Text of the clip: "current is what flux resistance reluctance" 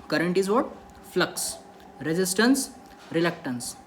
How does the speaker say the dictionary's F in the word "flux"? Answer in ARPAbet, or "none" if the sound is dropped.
F